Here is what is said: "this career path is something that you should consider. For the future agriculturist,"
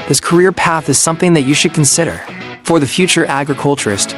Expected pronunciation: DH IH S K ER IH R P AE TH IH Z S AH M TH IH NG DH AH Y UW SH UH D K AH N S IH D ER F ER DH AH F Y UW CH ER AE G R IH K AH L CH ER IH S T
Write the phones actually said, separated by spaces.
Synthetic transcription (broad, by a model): DH IH S K ER IH R P AE TH IH Z S AH M TH IH NG DH AH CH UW SH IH D K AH N S IH D ER F ER DH AH F Y UW CH ER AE G R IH K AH L CH ER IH S T